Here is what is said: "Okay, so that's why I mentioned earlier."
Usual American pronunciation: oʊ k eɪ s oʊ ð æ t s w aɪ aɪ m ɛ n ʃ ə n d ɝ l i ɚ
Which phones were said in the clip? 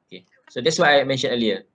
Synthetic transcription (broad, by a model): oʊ k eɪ s oʊ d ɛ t s w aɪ aɪ m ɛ n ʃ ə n ɝ l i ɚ